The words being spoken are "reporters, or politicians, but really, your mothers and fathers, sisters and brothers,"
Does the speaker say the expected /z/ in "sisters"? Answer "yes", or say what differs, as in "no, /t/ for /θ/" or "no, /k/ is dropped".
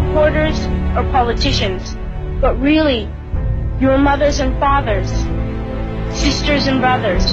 yes